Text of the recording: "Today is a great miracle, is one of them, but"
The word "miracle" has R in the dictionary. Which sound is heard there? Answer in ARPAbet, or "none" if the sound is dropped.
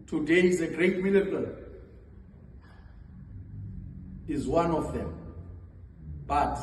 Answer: L